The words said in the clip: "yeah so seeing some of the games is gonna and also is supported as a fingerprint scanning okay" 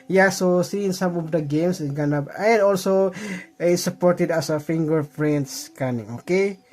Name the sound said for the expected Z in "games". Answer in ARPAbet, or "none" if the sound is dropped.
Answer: S